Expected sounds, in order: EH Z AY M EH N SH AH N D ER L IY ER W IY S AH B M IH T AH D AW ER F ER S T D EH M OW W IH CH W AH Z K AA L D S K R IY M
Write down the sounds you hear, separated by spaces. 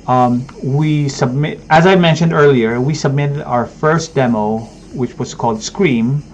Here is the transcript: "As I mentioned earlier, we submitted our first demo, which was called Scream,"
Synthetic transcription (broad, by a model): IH Z AY M EH N SH AH N D ER L IY ER W IY S AH B M IH T AH D AW ER F ER S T D EH M OW W IH CH W AH Z K AA L D S K R IY M